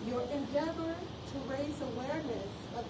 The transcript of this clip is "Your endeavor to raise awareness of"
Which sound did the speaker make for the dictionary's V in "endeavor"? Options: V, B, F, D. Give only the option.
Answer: V